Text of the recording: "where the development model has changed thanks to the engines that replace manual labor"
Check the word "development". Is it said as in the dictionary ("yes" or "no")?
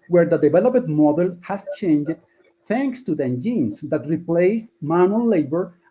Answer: no